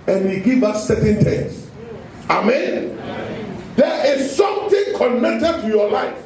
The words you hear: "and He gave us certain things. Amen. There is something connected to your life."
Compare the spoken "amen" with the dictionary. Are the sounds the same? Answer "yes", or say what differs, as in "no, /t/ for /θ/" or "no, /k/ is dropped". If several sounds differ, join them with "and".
yes